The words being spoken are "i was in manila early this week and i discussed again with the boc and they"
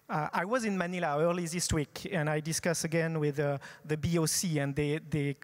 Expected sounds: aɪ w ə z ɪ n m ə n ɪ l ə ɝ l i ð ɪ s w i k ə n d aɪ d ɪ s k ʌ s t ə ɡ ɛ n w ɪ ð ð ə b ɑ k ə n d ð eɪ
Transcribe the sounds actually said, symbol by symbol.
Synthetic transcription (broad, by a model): aɪ w ə z ɪ n m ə n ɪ l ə ɝ l i ð ɪ s w i k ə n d aɪ d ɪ s k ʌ s ə ɡ ɛ n w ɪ ð ð ə b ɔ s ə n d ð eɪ